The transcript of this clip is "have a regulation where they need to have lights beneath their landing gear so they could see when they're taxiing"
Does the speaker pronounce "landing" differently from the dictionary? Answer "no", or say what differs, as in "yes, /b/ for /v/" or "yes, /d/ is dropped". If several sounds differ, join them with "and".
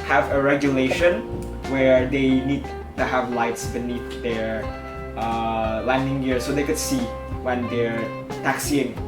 no